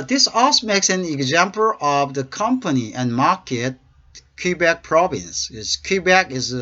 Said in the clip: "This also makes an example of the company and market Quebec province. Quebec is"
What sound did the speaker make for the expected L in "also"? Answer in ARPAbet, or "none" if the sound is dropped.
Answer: none